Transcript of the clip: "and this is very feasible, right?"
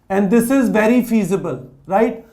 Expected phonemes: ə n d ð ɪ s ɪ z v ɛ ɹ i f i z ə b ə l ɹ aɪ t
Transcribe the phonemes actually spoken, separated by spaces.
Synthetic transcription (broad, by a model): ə n d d ɪ s ɪ z v ɛ ɹ i f i z ə b ə l ɹ aɪ t